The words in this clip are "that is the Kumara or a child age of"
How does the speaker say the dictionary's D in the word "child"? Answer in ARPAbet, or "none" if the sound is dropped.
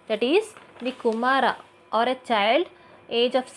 D